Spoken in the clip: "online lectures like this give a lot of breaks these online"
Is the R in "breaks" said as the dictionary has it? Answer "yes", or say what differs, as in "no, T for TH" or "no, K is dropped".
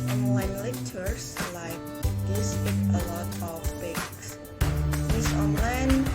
no, R is dropped